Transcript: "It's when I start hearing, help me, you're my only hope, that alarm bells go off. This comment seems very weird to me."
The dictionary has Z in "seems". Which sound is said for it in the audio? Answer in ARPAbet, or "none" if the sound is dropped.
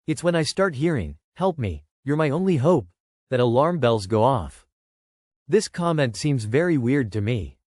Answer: Z